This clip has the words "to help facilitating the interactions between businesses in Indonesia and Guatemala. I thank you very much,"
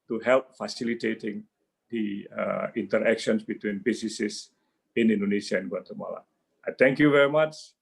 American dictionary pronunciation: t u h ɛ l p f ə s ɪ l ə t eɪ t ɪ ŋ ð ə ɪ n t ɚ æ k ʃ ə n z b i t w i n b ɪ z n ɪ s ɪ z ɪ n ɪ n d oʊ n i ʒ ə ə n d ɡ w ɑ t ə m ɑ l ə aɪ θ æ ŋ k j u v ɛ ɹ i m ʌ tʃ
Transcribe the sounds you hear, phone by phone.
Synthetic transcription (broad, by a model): t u h ɛ l p f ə s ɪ l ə t eɪ t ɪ ŋ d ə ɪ n t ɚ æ k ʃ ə n s b i t w i n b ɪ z n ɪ s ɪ s ɪ n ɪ n d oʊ n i ʃ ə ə n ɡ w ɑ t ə m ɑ l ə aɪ t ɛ ŋ k j u v ɛ ɹ i m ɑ tʃ